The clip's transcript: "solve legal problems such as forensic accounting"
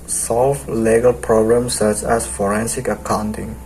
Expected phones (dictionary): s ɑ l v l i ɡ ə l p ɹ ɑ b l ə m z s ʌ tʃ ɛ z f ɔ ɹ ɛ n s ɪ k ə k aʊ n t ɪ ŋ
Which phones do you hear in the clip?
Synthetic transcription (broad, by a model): s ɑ l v l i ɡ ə l p ɹ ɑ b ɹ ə m s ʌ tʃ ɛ s f ɔ ɹ ɛ n s ɪ k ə k aʊ n t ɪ ŋ